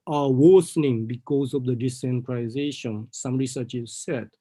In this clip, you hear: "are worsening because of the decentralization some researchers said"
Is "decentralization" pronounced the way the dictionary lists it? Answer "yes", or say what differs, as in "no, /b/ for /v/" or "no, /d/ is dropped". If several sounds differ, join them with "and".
no, /l/ is dropped